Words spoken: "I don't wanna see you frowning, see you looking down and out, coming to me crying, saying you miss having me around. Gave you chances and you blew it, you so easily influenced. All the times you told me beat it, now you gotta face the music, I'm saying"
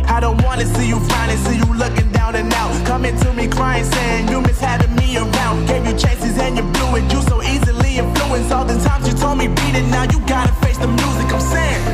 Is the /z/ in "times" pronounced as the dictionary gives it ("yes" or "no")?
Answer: yes